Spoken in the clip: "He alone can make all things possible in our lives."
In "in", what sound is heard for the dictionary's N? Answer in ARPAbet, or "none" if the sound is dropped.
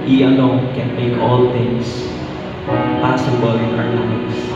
L